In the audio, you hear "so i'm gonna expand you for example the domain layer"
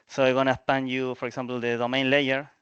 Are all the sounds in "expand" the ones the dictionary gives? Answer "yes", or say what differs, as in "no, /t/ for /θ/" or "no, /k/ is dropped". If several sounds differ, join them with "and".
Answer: no, /k/ is dropped